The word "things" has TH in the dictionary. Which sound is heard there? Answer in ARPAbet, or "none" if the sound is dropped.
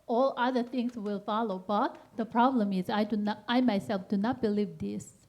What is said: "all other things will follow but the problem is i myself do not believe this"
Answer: T